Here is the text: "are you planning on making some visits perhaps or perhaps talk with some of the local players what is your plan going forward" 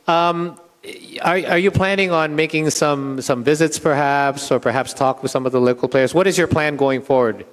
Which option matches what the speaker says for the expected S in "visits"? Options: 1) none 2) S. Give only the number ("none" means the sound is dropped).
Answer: 2